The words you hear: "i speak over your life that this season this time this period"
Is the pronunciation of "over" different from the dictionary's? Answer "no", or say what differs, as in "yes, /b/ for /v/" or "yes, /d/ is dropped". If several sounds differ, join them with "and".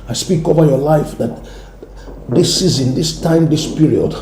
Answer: no